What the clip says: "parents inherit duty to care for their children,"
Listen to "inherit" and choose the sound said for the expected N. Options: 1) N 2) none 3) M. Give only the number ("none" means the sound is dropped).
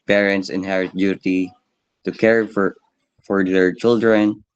1